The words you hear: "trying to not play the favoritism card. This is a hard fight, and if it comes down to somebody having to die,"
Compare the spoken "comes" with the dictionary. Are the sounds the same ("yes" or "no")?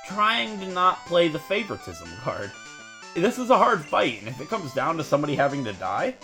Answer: yes